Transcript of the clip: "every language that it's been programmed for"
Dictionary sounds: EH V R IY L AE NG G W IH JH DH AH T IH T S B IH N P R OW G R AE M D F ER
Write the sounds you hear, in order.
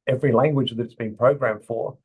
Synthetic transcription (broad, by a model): EH V R IY L AE NG G W IH JH DH AH T IH T S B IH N P R OW G R AE M D F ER